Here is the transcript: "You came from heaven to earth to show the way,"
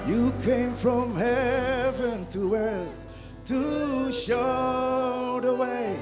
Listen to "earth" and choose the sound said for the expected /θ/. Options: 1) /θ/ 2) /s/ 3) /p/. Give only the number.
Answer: 1